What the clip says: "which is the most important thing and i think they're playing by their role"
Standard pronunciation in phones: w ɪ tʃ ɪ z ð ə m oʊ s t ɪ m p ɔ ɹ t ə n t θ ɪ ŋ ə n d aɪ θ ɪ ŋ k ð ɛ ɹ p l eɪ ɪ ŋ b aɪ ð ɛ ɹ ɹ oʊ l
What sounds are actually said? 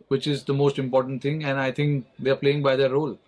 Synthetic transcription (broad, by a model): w ɪ tʃ ɪ z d ə m oʊ s t ɪ m p ɔ ɹ t ə n t t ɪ ŋ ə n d aɪ t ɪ ŋ k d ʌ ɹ p l eɪ ɪ ŋ b aɪ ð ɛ ɹ ɹ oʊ l